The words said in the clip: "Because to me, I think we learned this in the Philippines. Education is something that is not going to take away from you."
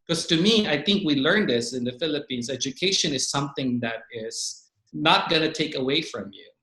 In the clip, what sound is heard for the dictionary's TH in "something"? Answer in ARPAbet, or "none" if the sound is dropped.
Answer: TH